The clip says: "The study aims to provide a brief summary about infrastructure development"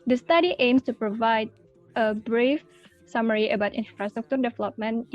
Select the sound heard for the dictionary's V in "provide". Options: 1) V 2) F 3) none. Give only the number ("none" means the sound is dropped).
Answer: 1